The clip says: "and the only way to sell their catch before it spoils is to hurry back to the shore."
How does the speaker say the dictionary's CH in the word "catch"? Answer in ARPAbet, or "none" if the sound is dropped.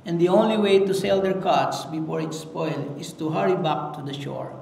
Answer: S